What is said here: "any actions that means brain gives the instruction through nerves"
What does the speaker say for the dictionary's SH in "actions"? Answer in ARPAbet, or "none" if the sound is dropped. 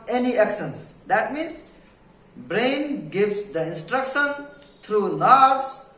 S